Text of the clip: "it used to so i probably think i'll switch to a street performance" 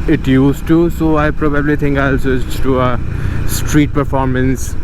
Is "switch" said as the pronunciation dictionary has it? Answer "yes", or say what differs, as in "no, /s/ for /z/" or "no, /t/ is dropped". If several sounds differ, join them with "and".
no, /s/ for /tʃ/